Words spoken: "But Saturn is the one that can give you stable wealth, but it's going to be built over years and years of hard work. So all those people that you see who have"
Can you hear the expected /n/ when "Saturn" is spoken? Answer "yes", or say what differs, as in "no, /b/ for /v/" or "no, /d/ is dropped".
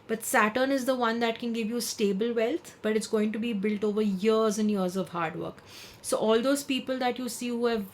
yes